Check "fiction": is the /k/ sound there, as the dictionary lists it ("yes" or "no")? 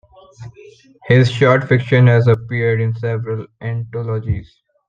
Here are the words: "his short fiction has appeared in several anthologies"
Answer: yes